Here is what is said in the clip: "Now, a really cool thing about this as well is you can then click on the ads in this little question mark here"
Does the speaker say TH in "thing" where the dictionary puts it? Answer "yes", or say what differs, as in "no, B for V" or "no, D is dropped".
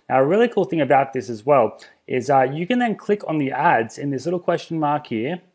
yes